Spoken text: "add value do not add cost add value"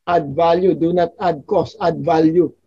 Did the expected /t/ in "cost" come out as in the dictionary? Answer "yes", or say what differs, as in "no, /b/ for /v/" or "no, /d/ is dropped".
no, /t/ is dropped